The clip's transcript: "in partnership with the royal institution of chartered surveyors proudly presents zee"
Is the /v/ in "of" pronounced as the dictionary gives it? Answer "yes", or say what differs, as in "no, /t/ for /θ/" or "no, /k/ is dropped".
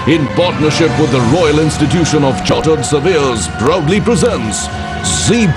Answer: yes